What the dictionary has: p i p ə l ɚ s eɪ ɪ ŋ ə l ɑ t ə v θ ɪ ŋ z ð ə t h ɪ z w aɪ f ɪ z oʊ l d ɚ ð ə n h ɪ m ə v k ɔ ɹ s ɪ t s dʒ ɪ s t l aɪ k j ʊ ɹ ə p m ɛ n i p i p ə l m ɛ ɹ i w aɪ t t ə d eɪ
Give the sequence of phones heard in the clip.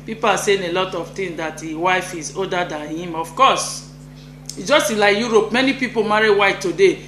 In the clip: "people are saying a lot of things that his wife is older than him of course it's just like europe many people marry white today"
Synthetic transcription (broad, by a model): p i p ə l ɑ s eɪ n ə l ɑ t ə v t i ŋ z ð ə t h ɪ w aɪ f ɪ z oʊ d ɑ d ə n h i m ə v k ɔ s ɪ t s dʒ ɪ s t l aɪ k j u ɹ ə p m ɛ n i p i p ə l m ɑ ɹ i w aɪ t t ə d eɪ